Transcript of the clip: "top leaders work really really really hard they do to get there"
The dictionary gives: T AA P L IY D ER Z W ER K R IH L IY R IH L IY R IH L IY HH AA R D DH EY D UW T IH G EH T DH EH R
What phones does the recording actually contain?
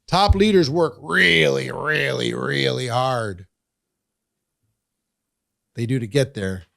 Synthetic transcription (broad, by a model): T AA P L IY D ER Z W ER K R IH L IY R IH L IY R IH L IY HH AA R D DH EY D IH T IH G EH T DH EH R